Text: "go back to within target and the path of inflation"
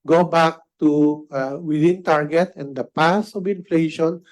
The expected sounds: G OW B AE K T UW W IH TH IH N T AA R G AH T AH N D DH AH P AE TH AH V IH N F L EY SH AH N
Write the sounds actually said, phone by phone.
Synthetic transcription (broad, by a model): G OW B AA K T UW W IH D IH N T AA R G AH T AH N D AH P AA S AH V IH N F L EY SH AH N